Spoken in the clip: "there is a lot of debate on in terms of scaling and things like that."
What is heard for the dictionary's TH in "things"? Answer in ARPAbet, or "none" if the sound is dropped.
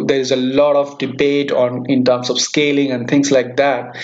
T